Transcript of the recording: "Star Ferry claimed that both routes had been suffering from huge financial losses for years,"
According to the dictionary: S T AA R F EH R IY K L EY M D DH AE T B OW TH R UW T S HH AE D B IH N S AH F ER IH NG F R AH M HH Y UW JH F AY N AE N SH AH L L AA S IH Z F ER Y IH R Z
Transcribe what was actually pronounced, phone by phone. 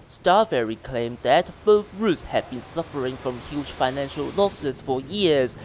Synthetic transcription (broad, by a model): S T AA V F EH R IY K L EY M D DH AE T B OW TH R UW T S HH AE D B IH N S AH F ER IH NG F R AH M HH Y UW JH F AY N AE N SH AH L L AA S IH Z F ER Y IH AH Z